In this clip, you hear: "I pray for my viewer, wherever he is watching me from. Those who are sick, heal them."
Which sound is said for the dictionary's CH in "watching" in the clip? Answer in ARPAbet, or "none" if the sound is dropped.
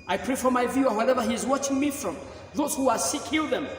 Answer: CH